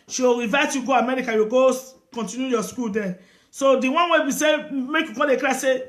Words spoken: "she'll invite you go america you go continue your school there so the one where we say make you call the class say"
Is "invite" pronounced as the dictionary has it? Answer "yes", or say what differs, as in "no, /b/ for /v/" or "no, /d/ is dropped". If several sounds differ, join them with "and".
no, /n/ is dropped